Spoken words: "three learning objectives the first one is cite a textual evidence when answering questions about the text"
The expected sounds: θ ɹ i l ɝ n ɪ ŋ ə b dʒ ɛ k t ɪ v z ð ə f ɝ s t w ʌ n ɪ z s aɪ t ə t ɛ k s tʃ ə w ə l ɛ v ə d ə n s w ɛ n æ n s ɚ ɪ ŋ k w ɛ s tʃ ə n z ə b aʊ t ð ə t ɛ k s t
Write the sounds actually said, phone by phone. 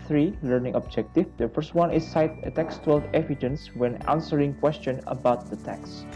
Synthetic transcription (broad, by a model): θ ɹ i l ɝ n ɪ ŋ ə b dʒ ɛ k t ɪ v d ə f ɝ s t w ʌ n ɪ s aɪ t ə t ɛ k s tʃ w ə l ɛ v ə d ə n s w ɛ n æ n s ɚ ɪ ŋ k w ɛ s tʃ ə n ə b aʊ t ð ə t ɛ k s